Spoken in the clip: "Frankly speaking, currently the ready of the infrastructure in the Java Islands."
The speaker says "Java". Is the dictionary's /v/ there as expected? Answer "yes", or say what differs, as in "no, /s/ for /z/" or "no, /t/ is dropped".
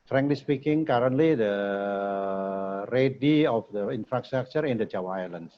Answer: no, /w/ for /v/